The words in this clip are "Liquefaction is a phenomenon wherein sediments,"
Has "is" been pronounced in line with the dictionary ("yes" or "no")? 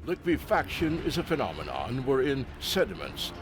yes